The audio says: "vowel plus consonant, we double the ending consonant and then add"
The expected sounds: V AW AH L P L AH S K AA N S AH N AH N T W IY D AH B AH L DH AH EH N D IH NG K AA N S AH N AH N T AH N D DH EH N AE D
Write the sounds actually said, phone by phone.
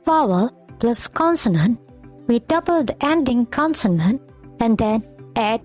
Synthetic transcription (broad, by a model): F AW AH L P L AH S K AA N S AH N AH N T W IY D AH B AH L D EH N D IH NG K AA N S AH N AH N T AH N D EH N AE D